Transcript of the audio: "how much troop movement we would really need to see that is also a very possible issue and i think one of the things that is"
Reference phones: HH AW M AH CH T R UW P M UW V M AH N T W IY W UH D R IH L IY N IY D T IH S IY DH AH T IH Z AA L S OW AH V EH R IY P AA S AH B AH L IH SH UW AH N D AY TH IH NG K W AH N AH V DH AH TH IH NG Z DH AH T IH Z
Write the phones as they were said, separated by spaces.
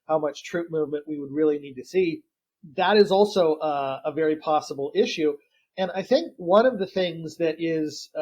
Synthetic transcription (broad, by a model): HH AW M AH CH T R UW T M UW V M AH N T W IY W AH D R IH L IY N IY D T IH S IY DH AH T IH Z AA L S OW AH V EH R IY P AA S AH B L IH SH UW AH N AY TH IH NG K W AH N AH V DH AH TH IH NG Z DH AH T IH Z